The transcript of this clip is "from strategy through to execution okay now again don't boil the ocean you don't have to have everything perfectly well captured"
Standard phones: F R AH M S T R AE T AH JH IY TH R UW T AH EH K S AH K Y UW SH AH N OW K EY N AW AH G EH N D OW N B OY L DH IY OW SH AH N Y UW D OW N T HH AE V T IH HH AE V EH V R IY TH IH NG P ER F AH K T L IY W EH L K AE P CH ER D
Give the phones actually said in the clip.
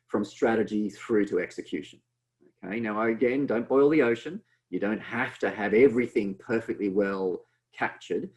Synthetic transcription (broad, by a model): F R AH M S T R AE T AH JH IY TH R UW T AH EH K S AH K Y UW SH AH N OW K EY N AW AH G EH N D OW N B OY L DH IY OW SH AH N Y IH D OW N T HH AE F T IH V EH V R IY TH IH NG P ER F AH K T L IY W EH L K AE P CH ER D